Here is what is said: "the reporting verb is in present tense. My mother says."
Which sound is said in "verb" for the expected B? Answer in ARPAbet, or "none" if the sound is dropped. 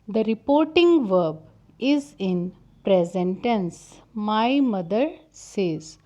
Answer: B